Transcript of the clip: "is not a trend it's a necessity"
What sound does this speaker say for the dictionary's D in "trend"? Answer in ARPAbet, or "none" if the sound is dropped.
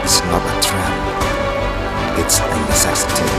none